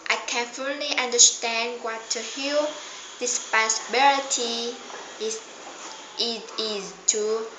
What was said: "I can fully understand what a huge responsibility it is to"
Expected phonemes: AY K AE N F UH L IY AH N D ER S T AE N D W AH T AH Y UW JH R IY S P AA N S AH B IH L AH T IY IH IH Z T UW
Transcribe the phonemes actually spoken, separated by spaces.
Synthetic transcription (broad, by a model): AY K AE N F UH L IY AH N D ER S T AE N D W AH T AH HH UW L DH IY S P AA S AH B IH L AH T IY IH IH Z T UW